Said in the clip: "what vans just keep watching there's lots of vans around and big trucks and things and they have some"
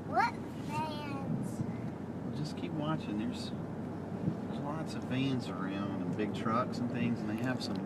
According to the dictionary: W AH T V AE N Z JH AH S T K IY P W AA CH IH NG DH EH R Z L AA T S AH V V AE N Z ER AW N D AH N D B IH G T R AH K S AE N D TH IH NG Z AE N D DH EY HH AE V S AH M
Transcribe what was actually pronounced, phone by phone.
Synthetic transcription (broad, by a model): W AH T F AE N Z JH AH S K IY P W AA CH IH NG DH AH R Z L AA T S AH V F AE N Z ER AW N D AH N B IH G T R AH K S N TH IH NG Z N DH EY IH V S AH M